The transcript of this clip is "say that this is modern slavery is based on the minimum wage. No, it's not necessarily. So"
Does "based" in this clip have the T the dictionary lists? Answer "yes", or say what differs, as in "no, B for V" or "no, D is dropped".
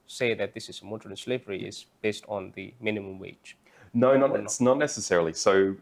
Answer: yes